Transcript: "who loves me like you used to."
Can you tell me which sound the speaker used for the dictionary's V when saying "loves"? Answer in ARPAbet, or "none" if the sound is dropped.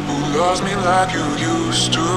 none